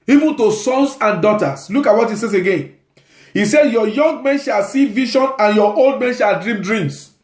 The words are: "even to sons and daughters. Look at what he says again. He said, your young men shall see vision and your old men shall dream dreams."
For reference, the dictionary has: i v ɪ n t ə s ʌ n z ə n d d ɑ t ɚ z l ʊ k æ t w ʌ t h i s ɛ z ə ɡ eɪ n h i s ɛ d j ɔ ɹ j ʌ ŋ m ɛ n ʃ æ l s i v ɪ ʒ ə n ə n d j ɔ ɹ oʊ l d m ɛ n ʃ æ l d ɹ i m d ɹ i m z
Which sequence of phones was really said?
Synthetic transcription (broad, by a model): i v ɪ n t ə s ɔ n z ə n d d ɑ t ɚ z l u k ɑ t w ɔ t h i s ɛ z ə ɡ eɪ n h i s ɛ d j ɔ j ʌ ŋ m ɛ n ʃ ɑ l s i v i ʃ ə n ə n j ɔ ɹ oʊ l d m ɛ n ʃ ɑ l d ɹ i m d ɹ i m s